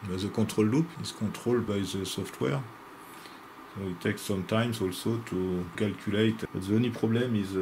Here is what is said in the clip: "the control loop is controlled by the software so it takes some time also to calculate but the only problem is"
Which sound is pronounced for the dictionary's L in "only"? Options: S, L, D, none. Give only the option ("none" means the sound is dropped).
none